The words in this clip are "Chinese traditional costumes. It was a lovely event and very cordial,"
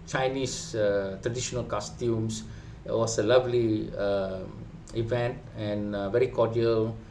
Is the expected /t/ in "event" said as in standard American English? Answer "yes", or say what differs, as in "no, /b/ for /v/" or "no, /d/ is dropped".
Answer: yes